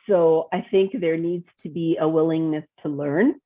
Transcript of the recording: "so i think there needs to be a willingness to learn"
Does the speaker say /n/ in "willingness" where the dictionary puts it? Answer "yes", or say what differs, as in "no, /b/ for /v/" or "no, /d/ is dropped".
yes